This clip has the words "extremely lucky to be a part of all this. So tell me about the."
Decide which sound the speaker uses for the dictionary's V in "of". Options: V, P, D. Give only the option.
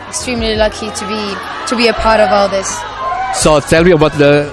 V